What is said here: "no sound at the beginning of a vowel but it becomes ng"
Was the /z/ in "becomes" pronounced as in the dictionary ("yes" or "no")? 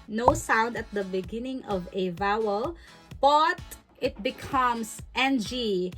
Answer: no